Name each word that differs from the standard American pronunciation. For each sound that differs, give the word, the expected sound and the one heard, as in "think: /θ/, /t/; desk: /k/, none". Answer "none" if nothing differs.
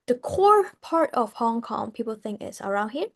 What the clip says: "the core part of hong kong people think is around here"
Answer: is: /z/, /s/